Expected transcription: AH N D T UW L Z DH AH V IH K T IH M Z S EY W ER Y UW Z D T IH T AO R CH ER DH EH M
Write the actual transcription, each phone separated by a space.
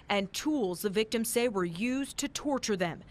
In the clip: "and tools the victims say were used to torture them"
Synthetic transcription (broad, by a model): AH N T UW L Z DH AH V IH K T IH M S EY W ER Y UW Z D T IH T AO R CH ER DH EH M